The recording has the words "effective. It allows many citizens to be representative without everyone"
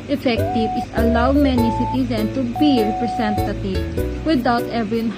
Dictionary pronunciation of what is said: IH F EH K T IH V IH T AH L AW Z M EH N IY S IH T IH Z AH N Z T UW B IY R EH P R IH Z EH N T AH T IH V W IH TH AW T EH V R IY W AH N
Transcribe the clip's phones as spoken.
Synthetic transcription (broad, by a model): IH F EH K T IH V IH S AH L AW M EH N IY S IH T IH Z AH N T UW B IY R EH P R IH S EH N T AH T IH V W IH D AW T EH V R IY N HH